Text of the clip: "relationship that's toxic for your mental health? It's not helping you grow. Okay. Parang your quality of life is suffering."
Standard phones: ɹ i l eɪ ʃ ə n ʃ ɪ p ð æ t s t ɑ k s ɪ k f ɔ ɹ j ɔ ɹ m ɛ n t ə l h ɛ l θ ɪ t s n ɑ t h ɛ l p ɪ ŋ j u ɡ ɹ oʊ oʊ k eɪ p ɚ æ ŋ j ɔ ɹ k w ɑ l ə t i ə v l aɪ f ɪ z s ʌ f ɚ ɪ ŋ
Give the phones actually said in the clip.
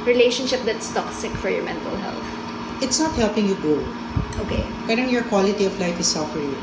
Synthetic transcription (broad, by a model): ɹ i l eɪ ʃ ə n ʃ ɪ p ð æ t s t ɑ k s ɪ k f ɔ ɹ j ɔ ɹ m ɛ n t ə l h ɛ l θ ɪ t s n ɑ t h ɛ l p ɪ ŋ j u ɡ oʊ oʊ k eɪ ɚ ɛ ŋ j ɔ ɹ k w ɑ l ə t i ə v l aɪ f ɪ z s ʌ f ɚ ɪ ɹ